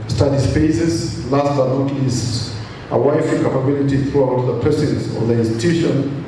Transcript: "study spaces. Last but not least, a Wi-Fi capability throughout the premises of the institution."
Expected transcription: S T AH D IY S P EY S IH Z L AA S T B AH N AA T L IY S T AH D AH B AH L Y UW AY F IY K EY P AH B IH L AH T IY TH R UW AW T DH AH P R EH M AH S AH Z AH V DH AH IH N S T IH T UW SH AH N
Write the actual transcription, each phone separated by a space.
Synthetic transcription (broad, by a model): S T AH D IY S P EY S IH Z L AA S T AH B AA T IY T AH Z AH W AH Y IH F IY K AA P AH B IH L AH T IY TH R UW AW T DH AH P EH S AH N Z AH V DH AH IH N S T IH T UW SH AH N